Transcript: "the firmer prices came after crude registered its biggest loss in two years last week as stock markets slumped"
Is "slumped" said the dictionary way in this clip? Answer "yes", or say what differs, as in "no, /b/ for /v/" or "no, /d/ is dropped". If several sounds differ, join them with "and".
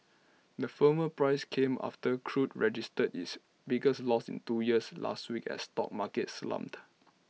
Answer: no, /p/ is dropped